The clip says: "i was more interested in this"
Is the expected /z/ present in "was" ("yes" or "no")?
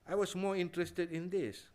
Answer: no